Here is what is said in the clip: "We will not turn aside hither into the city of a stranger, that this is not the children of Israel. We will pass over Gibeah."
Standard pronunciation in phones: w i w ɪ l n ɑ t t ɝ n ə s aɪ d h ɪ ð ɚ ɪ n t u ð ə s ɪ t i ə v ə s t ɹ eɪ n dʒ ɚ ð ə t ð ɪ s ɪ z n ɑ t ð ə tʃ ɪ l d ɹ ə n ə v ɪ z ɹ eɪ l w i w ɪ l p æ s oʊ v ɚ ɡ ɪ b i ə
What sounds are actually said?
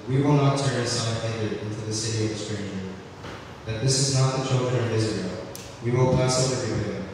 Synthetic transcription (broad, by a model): w i w ɪ l n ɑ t t ɝ n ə s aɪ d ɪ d ɪ n t u ð ə s ɪ t i ə v ə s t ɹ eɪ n ɚ ð ə t ð ɪ s ɪ z n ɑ t ð ə tʃ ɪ l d ɹ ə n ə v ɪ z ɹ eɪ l w i w ɪ l p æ s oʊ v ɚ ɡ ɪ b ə